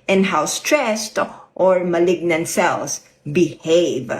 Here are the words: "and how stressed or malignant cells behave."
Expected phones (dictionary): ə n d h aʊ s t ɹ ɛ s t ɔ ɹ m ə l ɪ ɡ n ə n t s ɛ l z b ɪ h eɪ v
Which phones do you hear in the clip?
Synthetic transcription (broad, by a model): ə n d h aʊ s t ɹ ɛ s t ɔ ɹ m ə l ɪ ɡ n ə n t s ɛ l s b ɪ h eɪ v